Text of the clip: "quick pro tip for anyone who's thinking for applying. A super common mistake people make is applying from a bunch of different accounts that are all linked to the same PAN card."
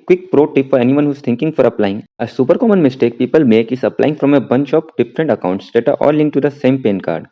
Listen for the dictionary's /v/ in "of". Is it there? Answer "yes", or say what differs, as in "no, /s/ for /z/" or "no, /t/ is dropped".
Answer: no, /p/ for /v/